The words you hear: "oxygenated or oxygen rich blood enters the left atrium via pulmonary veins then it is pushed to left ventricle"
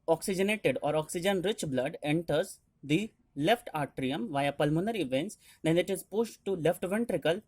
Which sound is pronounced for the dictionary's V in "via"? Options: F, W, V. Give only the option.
V